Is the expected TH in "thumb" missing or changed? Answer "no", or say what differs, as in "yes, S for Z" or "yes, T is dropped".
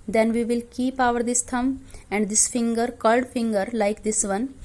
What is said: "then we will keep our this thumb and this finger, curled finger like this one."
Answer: yes, T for TH